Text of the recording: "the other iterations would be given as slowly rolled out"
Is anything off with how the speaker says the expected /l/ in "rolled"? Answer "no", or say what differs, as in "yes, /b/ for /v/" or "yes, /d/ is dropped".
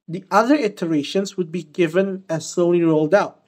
no